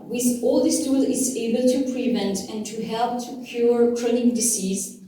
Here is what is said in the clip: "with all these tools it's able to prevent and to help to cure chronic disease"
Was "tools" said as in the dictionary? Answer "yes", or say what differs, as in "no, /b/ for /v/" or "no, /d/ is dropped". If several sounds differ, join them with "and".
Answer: no, /z/ is dropped